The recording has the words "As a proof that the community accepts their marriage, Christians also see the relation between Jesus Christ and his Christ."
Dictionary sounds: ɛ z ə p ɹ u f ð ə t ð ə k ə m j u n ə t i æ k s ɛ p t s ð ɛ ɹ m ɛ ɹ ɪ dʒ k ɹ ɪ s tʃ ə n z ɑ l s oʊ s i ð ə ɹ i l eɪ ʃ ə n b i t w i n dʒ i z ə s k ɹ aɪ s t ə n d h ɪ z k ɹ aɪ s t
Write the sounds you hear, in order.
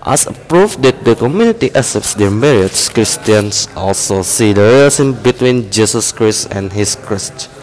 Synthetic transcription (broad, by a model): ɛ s ə p ɹ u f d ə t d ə k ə m j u n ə t i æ s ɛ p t s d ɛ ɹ m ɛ ɹ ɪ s k ɹ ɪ s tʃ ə n s ɑ l s oʊ s i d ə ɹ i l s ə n b i t w i n dʒ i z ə s k ɹ aɪ s t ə n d h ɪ s k ɹ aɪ s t